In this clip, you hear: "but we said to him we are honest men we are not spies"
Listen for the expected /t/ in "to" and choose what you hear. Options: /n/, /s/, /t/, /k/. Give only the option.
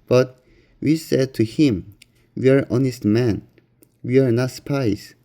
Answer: /t/